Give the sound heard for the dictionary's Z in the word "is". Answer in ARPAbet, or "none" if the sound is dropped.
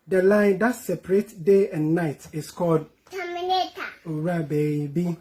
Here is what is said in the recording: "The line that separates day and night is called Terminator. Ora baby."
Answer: S